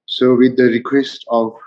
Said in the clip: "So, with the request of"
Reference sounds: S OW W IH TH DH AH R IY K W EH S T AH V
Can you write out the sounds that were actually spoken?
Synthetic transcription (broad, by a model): S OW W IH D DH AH R IY K W EH S T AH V